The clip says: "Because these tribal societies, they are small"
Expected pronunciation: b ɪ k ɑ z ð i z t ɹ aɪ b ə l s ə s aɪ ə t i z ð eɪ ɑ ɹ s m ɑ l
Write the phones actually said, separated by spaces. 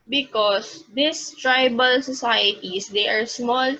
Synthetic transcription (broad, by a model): b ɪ k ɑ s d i s t ɹ aɪ b ə l s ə s aɪ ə t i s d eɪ ɑ ɹ s m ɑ l